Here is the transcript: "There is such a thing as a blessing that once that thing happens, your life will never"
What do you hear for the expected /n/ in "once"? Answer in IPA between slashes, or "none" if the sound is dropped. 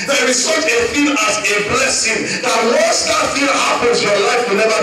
none